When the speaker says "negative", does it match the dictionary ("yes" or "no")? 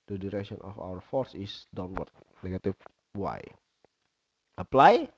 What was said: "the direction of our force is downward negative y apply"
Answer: no